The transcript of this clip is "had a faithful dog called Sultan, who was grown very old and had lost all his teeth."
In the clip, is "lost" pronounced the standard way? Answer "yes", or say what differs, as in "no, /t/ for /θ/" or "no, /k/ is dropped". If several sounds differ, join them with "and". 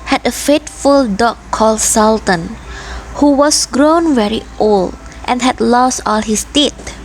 yes